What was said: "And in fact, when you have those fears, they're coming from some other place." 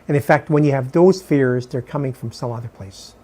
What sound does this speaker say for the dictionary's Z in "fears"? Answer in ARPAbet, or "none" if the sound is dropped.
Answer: Z